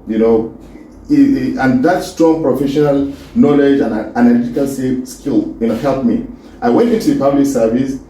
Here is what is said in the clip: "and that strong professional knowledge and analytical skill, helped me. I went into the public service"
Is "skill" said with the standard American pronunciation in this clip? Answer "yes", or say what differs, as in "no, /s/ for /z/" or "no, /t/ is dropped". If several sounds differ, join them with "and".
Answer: no, /n/ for /l/